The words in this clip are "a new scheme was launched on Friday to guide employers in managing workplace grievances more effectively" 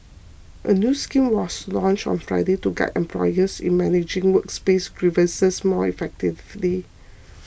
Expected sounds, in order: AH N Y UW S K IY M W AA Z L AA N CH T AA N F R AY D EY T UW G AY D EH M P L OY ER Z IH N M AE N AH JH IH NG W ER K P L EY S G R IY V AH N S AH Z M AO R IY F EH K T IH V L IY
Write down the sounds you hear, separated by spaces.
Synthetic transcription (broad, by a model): AH N Y UW S K IY M W AA S L AA N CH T AA N F R AY D EY T UW G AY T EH M P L OY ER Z IH N M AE N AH JH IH NG W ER K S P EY S R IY V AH S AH S M AO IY F EH K T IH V L IY